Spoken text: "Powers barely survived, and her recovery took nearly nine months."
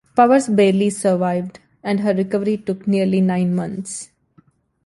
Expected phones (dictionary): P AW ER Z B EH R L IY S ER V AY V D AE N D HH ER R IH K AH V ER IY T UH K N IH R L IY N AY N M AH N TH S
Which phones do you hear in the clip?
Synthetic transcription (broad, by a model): P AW ER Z B EH R L IY S ER V AY V D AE N D HH ER R IH K AH V ER IY T UH K N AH R L IY N AY N M AH N T S